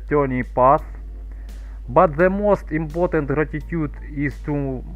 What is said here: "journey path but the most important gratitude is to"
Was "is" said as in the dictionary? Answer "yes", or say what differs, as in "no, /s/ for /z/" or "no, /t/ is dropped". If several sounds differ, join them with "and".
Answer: no, /s/ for /z/